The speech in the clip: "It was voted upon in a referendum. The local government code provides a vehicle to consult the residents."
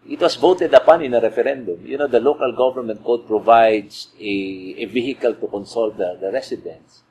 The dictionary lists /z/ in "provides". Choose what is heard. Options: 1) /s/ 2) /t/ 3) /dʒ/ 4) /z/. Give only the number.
1